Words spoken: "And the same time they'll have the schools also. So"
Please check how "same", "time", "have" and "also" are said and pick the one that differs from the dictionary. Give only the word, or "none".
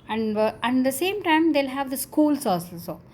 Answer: also